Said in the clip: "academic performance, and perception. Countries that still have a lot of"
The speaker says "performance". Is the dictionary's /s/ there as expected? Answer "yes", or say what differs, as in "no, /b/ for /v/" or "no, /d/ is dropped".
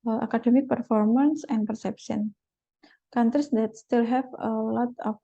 yes